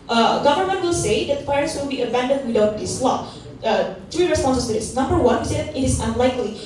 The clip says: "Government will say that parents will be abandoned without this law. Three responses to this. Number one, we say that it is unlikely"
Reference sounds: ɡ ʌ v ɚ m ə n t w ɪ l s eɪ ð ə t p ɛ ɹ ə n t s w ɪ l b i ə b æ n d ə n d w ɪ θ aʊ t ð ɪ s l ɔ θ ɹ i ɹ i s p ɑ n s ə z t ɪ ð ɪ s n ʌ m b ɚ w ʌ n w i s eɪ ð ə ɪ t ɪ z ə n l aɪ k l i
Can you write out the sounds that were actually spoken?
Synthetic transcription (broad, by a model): ɡ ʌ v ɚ m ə n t w ɪ l s eɪ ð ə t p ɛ ɹ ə t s w ɪ l b i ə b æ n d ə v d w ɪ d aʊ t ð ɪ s l ɔ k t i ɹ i s p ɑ n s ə s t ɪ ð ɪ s n ʌ m b ɚ w ʌ n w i s eɪ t ɪ t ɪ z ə n l aɪ k l i